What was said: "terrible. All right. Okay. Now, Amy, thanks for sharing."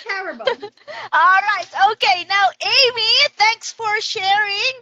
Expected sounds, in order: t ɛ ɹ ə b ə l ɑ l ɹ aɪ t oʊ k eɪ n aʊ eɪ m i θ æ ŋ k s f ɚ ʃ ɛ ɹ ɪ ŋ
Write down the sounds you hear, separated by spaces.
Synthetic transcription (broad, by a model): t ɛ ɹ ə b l ɑ l ɹ aɪ t oʊ k eɪ n aʊ eɪ m i θ æ ŋ k s f ɚ ʃ ɛ ɹ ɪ ŋ